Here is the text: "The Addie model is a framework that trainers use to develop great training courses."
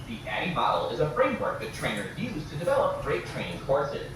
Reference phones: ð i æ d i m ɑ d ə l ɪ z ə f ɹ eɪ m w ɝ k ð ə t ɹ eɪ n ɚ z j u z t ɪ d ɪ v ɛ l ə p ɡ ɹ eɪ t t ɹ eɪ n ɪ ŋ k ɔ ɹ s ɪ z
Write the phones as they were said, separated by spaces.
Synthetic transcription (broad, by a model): ð i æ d i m ɑ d l ɪ z ə f ɹ eɪ m w ɝ k ð ə t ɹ eɪ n ɚ j u z t ɪ d ɪ v ɛ l ə p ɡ ɹ eɪ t t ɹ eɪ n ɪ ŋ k ɔ ɹ s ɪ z